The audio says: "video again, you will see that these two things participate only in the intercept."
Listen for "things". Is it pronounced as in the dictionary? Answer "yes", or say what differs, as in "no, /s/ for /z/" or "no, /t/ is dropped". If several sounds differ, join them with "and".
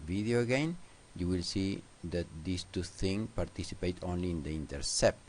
no, /z/ is dropped